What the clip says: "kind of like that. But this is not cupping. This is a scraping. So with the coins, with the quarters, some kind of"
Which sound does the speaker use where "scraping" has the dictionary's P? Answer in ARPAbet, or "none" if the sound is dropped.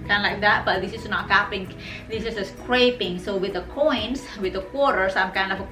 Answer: P